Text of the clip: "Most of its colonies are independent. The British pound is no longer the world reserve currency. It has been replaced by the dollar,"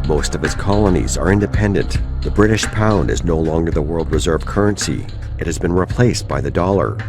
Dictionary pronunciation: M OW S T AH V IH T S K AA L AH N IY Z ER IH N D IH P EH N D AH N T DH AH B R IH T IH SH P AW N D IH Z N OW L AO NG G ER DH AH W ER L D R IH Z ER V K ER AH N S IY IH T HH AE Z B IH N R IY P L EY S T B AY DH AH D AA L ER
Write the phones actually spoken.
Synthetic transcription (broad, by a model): M OW S T AH V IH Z K AA L AH N IY Z ER IH N D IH P EH N D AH N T DH AH B R IH T IH SH P AW N D IH Z N OW L AO NG G ER DH AH W ER L D R IH Z ER V K ER AH N S IY IH T HH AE Z B IH N R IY P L EY S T B AY DH AH D AA L ER